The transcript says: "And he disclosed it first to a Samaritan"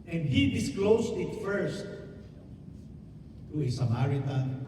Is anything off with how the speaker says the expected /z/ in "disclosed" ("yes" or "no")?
yes